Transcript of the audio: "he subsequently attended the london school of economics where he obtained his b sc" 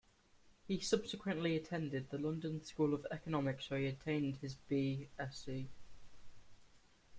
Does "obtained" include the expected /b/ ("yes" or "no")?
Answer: no